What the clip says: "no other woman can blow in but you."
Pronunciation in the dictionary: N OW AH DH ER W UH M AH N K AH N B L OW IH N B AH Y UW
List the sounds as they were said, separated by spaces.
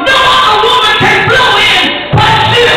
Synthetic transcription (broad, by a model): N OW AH ER W UH M AH N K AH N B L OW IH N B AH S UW